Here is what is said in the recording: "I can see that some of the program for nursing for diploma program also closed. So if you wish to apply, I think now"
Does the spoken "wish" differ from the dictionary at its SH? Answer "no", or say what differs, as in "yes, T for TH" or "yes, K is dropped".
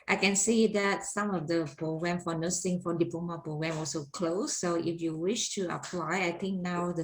no